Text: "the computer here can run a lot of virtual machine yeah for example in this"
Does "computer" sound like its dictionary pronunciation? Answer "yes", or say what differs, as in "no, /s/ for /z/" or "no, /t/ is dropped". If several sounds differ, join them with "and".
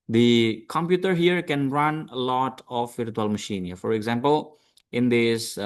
yes